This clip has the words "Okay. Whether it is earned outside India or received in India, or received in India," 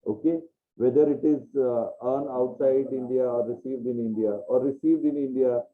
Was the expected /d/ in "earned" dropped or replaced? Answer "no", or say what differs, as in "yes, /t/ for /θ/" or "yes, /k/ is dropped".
yes, /d/ is dropped